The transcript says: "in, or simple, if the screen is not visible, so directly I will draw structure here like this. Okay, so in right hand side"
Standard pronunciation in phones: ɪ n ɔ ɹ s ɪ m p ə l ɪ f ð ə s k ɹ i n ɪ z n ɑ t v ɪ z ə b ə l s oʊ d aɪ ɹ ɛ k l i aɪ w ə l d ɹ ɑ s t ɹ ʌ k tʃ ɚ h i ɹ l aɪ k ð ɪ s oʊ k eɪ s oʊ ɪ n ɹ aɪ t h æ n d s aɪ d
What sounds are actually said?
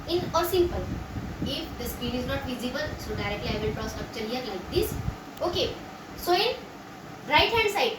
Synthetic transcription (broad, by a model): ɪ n ɔ ɹ s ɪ m p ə l ɪ f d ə s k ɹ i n ɪ z n ɑ t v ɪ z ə b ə l s oʊ d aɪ ɹ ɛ k l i aɪ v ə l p ɹ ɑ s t ʌ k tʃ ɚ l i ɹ l aɪ k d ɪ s oʊ k eɪ s oʊ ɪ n ɹ aɪ t h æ n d s aɪ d